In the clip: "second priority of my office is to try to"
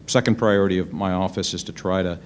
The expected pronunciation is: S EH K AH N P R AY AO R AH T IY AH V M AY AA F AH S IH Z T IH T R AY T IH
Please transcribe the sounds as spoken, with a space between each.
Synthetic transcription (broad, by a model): S EH K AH N P R AY AO R AH T IY AH V M AY AA F AH S IH Z T IH T R AY T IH